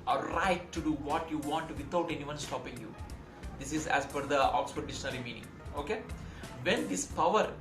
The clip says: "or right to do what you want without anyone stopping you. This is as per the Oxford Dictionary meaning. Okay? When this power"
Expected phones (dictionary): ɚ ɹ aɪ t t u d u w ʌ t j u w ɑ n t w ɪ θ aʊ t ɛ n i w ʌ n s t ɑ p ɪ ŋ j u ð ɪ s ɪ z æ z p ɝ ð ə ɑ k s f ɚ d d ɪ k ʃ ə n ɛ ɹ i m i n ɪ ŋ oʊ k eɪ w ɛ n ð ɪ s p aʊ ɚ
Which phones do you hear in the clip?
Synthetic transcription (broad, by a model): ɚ ɹ aɪ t t u d u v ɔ t j u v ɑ n t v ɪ t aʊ t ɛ n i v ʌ n s t ɑ p ɪ ŋ j u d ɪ s ɪ z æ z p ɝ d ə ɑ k s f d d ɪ ʃ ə n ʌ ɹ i m i n ɪ ŋ oʊ k eɪ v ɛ n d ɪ s p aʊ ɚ